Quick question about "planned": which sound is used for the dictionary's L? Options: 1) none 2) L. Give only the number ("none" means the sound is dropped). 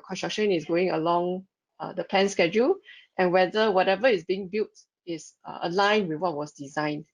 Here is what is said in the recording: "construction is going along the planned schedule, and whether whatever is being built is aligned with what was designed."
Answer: 1